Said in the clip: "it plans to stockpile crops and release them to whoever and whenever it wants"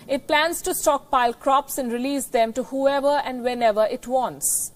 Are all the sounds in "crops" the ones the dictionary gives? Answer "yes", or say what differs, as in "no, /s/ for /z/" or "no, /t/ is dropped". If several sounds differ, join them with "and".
yes